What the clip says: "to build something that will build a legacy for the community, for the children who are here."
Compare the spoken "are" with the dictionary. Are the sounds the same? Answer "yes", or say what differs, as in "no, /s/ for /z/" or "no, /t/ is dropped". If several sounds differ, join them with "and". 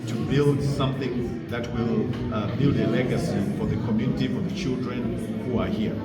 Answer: yes